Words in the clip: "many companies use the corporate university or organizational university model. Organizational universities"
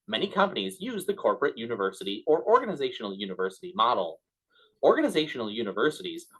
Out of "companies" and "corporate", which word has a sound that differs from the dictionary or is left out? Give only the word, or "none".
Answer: none